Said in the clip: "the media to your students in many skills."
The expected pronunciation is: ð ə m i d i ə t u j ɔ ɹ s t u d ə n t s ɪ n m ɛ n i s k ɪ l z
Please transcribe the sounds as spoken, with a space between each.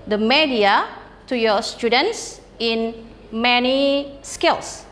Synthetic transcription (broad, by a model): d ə m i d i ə t u j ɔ s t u d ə n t s ɪ n m ɛ n i s k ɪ l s